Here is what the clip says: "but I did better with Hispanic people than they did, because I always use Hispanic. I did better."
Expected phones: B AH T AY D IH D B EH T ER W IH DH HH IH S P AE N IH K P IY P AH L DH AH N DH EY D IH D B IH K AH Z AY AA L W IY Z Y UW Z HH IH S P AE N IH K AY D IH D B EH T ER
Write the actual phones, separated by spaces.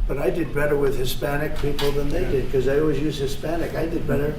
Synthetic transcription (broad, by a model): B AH T AY D IH D B EH T ER W IH DH HH IH S P AE N IH K P IY P L DH AH N DH EY D IH D K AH Z AY AA L W IY Z Y UW Z HH IH S P AE N IH K AY D IH D B EH T ER